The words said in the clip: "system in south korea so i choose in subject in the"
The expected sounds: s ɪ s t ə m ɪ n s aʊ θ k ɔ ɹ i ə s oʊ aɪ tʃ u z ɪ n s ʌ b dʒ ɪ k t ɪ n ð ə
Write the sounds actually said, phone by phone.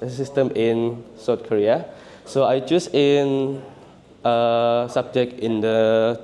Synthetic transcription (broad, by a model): s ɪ s t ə m ɪ n s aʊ t k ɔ ɹ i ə s oʊ aɪ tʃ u s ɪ n s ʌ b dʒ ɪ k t ɪ n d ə